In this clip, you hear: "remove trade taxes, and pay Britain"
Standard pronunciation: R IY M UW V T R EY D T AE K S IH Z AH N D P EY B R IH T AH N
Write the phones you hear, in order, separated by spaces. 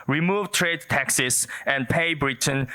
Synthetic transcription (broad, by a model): R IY M UW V T R EY D T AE K S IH S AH N P EY B R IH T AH N